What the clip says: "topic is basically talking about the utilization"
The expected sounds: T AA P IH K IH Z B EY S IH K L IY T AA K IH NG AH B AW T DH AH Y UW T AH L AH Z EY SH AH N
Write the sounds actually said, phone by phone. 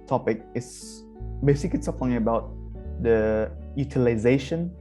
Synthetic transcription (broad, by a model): T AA P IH K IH S B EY S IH K IY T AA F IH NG AH B AW T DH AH Y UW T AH L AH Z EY SH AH N